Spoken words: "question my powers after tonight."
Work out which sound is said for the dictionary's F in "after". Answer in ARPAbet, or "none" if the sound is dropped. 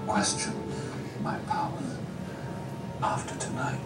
F